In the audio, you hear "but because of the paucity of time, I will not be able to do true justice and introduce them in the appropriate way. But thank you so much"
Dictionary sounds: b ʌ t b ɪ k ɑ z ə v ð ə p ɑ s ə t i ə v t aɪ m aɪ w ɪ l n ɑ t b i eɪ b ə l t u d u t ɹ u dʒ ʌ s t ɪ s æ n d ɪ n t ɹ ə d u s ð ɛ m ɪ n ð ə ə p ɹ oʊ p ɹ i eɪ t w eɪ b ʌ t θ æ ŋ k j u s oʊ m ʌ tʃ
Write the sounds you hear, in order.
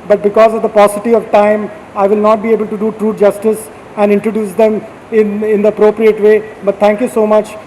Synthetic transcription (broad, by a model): b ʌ t b ɪ k ɑ z ə v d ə p ɑ s ə t i ə v t aɪ m aɪ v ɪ l n ɑ t b i eɪ b ə l t u d u t ɹ u dʒ ʌ s t ɪ s æ n d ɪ n t ɹ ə d u s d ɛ m ɪ n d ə ə p ɹ oʊ p ɹ i eɪ t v eɪ b ʌ t t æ ŋ k j u s oʊ m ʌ tʃ